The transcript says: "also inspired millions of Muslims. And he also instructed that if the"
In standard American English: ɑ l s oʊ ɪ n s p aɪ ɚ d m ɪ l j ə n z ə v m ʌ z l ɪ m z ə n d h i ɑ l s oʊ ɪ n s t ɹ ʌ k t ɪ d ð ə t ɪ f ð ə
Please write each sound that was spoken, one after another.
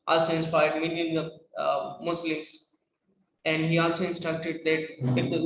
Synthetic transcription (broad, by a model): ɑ l s oʊ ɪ n s p aɪ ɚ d m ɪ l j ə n ə m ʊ s l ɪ m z ə n d h i ɑ l s oʊ ɪ n s t ɹ ʌ k t ɪ d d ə t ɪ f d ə